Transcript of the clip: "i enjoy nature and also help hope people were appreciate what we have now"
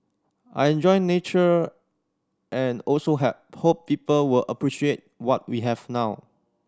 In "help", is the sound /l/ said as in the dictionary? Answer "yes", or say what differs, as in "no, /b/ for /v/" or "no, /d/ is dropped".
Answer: no, /l/ is dropped